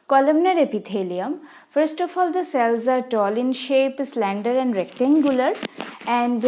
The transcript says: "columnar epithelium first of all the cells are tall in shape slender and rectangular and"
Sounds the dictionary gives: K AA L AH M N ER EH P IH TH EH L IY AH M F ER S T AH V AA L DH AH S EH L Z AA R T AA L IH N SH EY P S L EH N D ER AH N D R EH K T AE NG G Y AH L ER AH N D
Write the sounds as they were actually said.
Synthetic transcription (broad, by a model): K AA L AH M N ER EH P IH T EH L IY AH M F ER S T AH F AA L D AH S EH L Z AA R T AA L IH N SH EY P S L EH N D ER AH N D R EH K T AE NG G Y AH L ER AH N D